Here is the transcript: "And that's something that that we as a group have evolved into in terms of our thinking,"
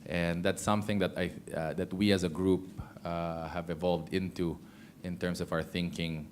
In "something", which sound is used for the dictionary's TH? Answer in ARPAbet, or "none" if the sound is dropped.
TH